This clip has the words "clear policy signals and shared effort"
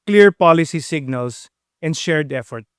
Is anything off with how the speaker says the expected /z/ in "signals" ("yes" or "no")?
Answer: yes